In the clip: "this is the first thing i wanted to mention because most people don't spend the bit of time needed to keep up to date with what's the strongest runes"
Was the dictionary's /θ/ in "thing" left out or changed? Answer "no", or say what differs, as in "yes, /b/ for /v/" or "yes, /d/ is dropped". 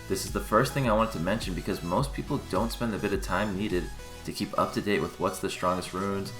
no